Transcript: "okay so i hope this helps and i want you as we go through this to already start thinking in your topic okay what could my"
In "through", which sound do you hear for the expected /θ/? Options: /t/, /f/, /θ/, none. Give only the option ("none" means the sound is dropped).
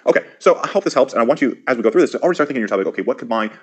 /θ/